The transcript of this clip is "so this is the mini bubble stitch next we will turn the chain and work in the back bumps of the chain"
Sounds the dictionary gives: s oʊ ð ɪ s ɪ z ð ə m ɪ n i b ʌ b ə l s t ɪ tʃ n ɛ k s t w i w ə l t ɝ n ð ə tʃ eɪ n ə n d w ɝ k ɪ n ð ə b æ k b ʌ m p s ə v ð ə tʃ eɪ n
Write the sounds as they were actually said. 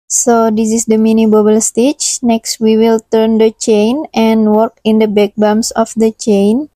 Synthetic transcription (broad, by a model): s oʊ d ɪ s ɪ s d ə m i n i b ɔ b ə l s t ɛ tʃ n ɛ k s t w i w ə l t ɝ n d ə tʃ eɪ n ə n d w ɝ k ɪ n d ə b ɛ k b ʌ m s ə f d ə tʃ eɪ n